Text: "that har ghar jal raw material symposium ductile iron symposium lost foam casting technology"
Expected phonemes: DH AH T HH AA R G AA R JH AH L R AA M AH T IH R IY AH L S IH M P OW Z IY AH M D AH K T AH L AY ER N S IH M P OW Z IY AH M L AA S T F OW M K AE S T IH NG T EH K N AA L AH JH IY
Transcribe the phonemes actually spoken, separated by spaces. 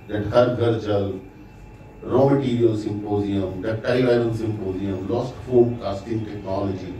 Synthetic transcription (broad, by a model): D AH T HH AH R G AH R CH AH L R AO M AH T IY R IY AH L S IH M P OW Z IY AH M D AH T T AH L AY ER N S IH M P OW Z IY AH M L AA S T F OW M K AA S T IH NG T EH K N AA L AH JH IY